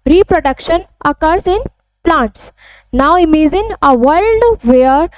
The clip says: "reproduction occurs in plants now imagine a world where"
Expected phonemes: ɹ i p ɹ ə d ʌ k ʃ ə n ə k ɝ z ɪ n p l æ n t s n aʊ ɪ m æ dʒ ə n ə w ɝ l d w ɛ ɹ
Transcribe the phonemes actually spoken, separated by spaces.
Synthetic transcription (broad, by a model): ɹ i p ɹ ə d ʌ k ʃ ə n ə k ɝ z ɪ n p l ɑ n t s n aʊ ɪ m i z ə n ə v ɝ l d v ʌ ɹ